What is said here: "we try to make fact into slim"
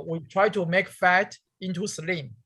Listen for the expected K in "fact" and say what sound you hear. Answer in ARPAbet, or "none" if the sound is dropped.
none